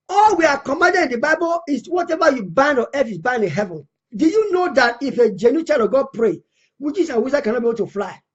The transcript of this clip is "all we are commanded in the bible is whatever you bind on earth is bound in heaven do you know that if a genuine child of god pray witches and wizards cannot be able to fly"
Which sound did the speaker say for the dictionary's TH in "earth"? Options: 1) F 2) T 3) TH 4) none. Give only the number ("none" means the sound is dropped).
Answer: 1